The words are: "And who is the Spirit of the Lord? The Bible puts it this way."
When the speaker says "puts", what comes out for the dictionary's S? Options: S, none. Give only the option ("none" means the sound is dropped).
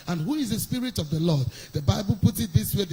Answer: none